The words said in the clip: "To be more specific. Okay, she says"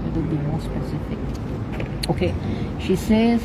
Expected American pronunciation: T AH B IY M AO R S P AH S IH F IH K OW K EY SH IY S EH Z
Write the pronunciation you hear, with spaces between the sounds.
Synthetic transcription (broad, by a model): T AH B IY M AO L S P AH S IH F IH K OW K EY SH IY S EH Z